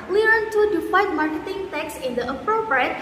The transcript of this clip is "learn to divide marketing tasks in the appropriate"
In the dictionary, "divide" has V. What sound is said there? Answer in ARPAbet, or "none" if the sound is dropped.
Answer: F